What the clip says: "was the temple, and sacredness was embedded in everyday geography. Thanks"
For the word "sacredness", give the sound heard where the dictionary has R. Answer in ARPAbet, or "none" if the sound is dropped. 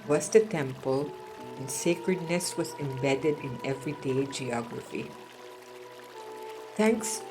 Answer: R